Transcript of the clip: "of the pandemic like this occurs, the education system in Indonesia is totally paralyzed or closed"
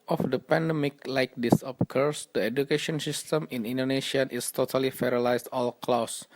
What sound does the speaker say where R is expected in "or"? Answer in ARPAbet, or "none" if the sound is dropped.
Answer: L